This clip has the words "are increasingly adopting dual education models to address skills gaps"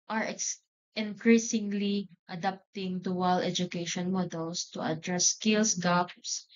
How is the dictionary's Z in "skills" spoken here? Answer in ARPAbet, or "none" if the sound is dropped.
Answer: S